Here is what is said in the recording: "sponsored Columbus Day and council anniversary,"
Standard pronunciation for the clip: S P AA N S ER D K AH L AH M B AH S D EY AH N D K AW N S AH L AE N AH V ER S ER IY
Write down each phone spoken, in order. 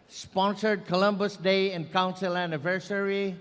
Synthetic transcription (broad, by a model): S P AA N S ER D K AH L AH M B AH S D EY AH N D K AW N S AH L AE N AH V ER S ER IY